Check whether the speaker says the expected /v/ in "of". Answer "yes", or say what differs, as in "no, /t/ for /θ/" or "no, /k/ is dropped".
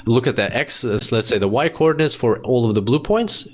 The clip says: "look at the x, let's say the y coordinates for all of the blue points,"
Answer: yes